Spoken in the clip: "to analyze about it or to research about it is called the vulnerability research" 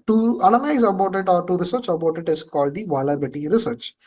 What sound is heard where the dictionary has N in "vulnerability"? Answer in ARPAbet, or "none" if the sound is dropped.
none